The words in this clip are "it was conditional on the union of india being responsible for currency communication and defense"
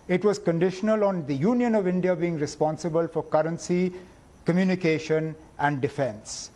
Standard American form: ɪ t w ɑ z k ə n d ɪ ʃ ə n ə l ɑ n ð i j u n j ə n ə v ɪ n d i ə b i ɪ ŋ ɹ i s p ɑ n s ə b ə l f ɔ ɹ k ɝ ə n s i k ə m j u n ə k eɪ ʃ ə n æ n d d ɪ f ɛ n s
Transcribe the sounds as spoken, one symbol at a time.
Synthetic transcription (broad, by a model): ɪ t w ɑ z k ə n d ɪ ʃ ə n ə l ɑ n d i j u n j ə n ə v ɪ n d i ə b i ɪ ŋ ɹ i s p ɑ n s ə b ə l f ɔ ɹ k ɝ ə n s i k ə m j u n ə k eɪ ʃ ə n æ n d d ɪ f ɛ n s